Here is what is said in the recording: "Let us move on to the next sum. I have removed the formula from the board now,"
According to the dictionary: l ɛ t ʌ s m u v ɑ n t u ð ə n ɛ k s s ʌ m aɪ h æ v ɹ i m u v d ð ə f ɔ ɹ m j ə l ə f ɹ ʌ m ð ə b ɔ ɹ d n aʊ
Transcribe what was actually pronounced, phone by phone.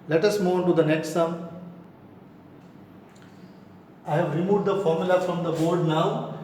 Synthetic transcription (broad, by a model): l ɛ t ʌ s m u ɑ n t u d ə n ɛ k s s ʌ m aɪ h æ v ɹ i m u v d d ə f ɔ ɹ m j ə l ə f ɹ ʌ m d ə b ɔ ɹ d n aʊ